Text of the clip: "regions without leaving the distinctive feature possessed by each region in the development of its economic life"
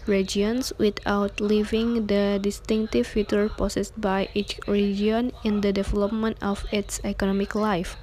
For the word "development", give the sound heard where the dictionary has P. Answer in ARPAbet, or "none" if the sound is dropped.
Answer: P